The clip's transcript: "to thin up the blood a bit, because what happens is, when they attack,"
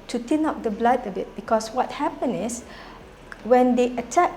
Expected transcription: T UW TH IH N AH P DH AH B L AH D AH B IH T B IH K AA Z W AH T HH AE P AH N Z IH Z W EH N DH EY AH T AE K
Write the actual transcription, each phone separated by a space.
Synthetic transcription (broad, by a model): T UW T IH N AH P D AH B L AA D AH B IH T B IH K AA S W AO T HH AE P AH N IH S W EH N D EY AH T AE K